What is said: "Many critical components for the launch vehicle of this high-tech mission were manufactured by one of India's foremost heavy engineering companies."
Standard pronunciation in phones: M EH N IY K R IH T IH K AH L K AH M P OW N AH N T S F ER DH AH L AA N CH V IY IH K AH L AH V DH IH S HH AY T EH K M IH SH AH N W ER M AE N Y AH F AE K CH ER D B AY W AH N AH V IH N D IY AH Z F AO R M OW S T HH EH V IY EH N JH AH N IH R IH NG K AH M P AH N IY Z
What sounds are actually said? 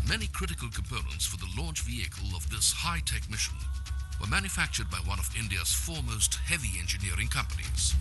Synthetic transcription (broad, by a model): M EH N IY K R IH T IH K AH L K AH M P OW N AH N T S F ER DH AH L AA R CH V IY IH K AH L AH V DH IH S HH AY T EH K M IH SH AH N W ER M AE N Y AH F AE K CH ER D B AY W AH N AH V IH N D IY AH Z F AO R M OW S T HH EH V IY EH N JH AH N IH R IH NG K AH M P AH N IY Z